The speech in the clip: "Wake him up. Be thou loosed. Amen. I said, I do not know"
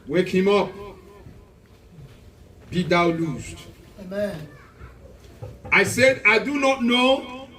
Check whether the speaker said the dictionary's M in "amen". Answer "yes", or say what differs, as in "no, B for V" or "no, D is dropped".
no, M is dropped